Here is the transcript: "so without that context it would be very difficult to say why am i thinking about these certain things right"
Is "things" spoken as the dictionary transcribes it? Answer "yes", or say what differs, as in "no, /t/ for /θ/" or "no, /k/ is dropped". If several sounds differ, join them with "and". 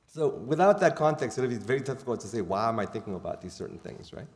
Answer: yes